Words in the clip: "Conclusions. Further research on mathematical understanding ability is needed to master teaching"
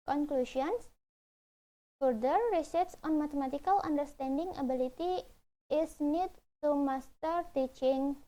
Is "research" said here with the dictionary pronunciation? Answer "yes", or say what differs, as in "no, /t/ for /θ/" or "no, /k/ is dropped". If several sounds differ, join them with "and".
no, /s/ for /tʃ/